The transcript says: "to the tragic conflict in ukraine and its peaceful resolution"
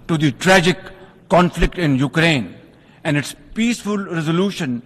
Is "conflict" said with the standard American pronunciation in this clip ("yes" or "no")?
yes